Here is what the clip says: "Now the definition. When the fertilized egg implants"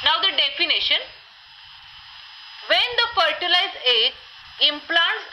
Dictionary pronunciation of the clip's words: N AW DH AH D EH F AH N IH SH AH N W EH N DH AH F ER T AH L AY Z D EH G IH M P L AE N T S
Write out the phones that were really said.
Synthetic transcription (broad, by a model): N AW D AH D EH F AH N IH SH AH N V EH N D AH F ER T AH L AY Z EH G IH M P L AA N T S